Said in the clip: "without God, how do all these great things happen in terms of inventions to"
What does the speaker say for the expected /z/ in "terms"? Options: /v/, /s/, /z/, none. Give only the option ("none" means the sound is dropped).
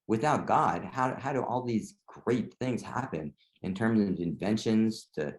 /z/